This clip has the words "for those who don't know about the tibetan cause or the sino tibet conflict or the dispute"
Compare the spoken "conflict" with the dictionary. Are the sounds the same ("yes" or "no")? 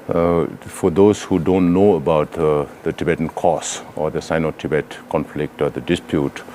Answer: yes